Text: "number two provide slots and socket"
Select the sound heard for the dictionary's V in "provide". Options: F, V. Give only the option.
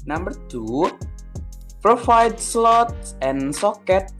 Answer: F